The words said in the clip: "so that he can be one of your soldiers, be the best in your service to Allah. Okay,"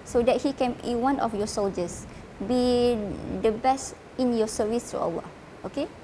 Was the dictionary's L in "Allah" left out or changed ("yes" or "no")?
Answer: yes